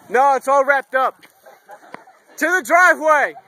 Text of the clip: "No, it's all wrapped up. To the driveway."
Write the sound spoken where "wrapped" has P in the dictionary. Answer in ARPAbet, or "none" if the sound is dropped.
P